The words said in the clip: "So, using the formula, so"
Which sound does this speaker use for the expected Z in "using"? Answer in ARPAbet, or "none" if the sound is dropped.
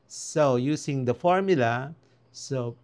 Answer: S